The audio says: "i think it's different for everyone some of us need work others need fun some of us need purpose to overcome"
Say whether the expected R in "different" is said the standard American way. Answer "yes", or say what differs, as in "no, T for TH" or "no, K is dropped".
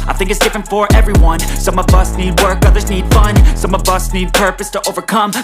yes